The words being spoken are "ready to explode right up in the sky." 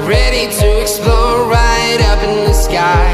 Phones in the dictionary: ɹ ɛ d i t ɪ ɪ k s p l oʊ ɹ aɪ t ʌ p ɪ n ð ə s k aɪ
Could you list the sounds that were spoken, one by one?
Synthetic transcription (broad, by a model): ɹ ɛ d i t ɪ ɪ k s p l oʊ ɹ aɪ t ʌ p ɪ n ð ə s k aɪ